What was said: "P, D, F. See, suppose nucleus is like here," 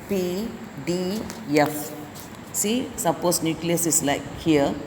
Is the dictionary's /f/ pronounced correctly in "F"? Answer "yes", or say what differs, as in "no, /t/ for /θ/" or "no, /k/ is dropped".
yes